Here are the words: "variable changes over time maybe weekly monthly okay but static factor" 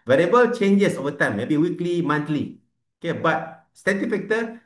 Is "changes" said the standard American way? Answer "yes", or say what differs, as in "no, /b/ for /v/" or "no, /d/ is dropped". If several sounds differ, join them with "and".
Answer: no, /s/ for /z/